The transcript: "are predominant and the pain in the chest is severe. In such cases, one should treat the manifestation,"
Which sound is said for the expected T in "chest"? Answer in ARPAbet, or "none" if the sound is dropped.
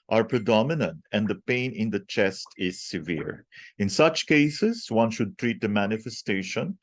T